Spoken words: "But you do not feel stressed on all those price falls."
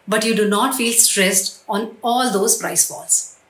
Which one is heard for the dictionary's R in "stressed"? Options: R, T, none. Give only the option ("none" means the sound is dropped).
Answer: R